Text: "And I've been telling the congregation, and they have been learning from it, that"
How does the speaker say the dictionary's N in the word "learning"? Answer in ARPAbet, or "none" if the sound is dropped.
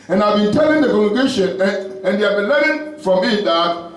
none